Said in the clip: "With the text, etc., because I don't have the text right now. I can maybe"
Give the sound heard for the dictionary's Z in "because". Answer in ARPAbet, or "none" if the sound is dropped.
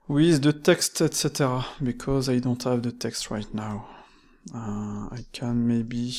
Z